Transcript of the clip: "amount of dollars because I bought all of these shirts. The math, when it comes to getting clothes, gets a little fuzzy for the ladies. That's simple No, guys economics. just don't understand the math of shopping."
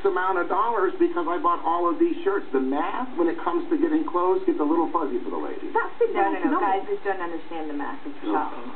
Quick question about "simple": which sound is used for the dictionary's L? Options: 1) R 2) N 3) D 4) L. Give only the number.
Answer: 2